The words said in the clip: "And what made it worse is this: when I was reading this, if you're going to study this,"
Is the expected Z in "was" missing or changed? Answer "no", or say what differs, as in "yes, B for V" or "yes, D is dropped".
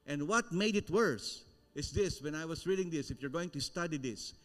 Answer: yes, S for Z